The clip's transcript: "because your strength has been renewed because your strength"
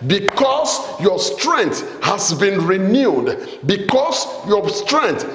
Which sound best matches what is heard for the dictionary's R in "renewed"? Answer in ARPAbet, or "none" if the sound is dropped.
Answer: R